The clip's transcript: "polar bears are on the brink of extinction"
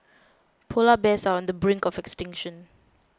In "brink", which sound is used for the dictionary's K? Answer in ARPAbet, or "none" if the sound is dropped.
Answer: K